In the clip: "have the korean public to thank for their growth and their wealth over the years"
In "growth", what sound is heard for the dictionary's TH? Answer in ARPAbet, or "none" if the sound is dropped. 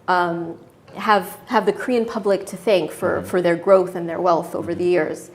TH